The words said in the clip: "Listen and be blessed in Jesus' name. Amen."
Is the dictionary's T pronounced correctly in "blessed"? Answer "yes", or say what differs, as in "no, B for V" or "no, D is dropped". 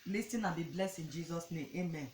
no, T is dropped